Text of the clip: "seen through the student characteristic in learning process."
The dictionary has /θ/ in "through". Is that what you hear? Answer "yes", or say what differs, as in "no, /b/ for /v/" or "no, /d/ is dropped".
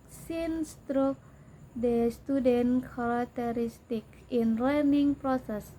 no, /t/ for /θ/